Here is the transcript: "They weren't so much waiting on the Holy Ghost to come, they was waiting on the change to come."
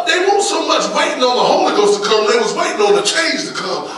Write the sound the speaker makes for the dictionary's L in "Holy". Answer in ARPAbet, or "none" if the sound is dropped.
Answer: L